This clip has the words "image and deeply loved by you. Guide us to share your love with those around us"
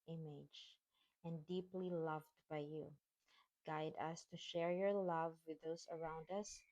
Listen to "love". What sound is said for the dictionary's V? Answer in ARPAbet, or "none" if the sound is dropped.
V